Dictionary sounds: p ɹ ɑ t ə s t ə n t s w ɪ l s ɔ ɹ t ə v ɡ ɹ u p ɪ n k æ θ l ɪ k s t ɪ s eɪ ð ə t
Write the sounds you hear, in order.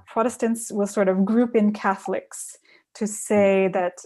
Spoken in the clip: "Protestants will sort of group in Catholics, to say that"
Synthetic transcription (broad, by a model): p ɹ ɑ t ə s t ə n t s w ɪ l s ɔ ɹ t ə v ɡ ɹ u p ɪ n k æ θ l ɪ k s t ɪ s eɪ ð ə t